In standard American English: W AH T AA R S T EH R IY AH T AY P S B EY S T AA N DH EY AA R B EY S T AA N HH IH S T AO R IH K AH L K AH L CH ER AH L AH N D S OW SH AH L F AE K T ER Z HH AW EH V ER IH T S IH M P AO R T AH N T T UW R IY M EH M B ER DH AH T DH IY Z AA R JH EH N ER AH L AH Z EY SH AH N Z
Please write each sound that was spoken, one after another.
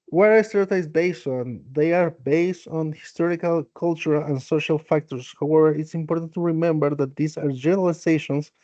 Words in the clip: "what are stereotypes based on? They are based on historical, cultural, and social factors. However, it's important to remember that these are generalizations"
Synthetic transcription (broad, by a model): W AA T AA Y S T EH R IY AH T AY S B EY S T AA N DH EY AA R B EY S T AA N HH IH S T AO R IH K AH L K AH L CH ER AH L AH N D S OW SH AH L F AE K T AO S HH AW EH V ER IH T S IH M P AO R T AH N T T UW R IY M EH M B ER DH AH T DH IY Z AA R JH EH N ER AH L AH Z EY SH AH N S